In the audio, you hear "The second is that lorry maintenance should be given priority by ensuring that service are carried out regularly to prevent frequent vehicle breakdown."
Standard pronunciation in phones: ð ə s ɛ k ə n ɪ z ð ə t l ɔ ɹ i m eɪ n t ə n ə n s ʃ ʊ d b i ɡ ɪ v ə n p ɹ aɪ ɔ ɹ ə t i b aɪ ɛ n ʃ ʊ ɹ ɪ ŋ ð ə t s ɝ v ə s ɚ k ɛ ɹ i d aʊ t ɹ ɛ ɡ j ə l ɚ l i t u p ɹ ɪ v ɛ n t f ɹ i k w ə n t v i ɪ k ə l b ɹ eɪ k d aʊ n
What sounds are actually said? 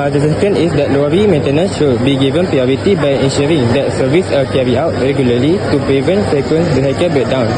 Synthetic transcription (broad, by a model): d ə s ɛ k ə n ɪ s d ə t l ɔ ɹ i m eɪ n t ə n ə n s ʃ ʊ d b i ɡ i v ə n p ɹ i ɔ ɹ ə t i b aɪ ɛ n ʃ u ɹ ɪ ŋ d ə t s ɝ v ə s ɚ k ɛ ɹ i aʊ t ɹ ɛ ɡ j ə l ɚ l i t u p ɹ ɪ v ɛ n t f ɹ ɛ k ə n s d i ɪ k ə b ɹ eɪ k d aʊ n